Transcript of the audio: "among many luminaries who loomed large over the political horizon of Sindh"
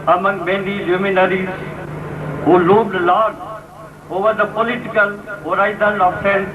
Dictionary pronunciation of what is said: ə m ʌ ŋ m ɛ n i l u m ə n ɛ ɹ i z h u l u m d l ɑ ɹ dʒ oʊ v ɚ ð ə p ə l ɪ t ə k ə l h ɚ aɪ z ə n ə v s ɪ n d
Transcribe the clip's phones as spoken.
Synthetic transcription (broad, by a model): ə m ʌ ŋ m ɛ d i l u m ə n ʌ ɹ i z h u l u d l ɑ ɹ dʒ oʊ v ɚ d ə p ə l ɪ t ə k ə l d aɪ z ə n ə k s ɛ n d